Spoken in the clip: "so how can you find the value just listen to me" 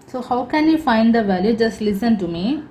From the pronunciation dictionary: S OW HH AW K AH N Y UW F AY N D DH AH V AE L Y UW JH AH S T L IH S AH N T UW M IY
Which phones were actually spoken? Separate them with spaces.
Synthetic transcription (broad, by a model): S OW HH AW K AH N Y UW F AY N D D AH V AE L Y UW JH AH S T L IH S AH N T UW M IY